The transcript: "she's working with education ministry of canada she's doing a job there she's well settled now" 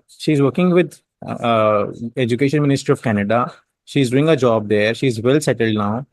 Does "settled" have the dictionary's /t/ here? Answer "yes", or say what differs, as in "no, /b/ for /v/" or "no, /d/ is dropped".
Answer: yes